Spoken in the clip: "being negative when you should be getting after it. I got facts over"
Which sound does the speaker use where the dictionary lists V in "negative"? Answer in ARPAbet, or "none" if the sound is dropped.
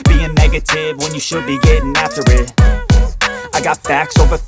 V